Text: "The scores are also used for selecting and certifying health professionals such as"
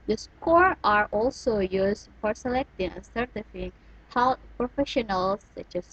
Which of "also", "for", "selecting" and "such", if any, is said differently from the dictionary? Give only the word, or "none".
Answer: none